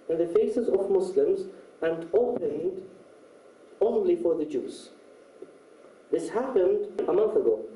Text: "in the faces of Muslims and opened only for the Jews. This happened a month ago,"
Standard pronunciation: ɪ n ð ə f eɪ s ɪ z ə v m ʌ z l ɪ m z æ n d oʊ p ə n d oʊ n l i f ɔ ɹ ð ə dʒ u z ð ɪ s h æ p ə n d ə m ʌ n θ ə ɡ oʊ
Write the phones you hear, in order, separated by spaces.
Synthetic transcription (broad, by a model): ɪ n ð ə f eɪ s ɪ z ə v m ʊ s l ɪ m z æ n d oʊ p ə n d oʊ n l i f ɔ ɹ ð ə dʒ u z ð ɪ s h æ p ə n d ə m ʌ n θ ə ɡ oʊ